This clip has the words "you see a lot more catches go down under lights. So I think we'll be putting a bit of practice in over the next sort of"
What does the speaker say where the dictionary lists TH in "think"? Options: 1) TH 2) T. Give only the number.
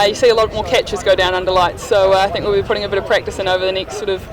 1